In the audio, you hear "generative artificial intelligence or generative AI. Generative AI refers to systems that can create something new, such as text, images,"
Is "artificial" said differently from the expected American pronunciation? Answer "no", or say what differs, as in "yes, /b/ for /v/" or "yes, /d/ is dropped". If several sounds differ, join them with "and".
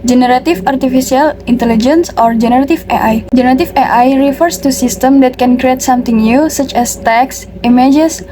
yes, /s/ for /ʃ/